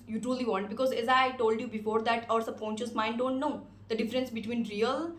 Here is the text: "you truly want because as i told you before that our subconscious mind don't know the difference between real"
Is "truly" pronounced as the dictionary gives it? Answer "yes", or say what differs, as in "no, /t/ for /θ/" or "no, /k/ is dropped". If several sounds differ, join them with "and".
yes